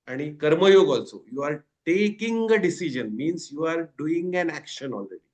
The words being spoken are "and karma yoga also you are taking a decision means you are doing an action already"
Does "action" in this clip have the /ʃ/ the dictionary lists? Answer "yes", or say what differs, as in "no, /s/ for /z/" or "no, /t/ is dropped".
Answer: yes